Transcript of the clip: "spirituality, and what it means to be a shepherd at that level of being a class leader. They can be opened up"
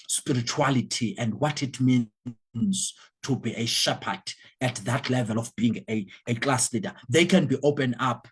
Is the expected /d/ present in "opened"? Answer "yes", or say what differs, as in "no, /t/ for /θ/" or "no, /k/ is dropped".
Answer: no, /d/ is dropped